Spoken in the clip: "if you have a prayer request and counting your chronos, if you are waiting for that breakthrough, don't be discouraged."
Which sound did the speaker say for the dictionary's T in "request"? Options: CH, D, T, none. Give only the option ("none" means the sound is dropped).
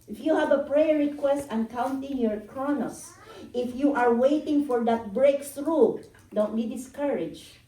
T